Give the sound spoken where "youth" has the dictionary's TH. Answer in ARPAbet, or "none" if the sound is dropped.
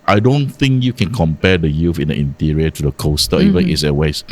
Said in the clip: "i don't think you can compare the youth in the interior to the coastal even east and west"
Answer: F